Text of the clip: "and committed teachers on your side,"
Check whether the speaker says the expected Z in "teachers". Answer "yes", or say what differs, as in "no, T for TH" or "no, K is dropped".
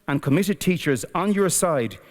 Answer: yes